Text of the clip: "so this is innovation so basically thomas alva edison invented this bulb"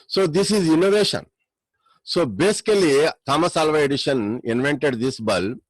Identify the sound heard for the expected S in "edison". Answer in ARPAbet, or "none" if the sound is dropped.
SH